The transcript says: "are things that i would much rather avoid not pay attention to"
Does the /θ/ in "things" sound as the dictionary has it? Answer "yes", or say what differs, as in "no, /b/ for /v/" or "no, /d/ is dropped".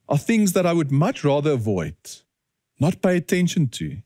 yes